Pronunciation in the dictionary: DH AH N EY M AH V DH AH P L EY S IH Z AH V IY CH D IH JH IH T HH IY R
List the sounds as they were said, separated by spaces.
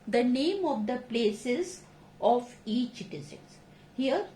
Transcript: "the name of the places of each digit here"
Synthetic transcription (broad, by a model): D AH N EY M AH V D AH P L EY S IH Z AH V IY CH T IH Z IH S HH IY R